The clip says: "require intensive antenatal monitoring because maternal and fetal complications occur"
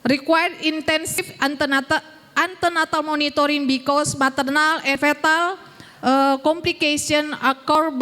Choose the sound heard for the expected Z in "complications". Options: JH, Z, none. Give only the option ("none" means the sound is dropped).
none